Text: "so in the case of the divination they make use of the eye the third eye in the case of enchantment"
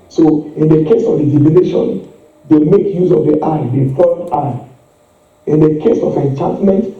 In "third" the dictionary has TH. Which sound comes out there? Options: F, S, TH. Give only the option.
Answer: F